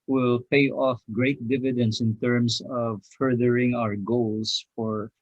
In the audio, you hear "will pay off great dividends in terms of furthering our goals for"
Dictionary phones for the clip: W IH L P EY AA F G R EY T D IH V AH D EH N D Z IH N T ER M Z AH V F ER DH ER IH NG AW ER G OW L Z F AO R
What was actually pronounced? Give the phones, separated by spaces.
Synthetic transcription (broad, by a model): W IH L P EY AA F G R EY T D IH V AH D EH N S IH N T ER M S AH V F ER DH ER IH NG AW ER G OW L S F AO R